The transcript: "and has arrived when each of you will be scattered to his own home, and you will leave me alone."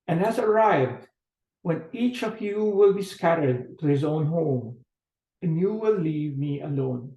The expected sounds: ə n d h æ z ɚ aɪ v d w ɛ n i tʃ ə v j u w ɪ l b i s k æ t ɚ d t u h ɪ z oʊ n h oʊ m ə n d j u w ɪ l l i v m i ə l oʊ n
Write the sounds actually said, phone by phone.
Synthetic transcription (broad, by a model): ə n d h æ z ɚ aɪ v d w ɛ n i tʃ ə v j u w ɪ l b i s k æ t ɚ d t u h ɪ z oʊ n h oʊ m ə n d j u w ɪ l l i v m i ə l oʊ n